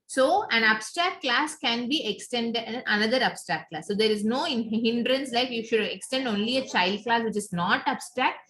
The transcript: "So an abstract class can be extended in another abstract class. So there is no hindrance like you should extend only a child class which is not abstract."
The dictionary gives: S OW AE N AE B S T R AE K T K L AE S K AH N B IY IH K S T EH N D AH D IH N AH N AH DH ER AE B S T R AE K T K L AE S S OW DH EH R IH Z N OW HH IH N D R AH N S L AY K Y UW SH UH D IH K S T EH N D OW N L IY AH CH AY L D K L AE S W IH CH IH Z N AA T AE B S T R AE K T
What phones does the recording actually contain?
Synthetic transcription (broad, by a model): S OW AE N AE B S T R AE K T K L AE S K AH N B IY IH K S T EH N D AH N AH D AH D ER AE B S T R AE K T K L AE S S OW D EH R IH Z N OW HH IH N D R AH N S L AY K Y UW SH UH D IH K S T EH N D OW N L IY AH CH AY L D K L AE S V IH CH IH Z N AA T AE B S T R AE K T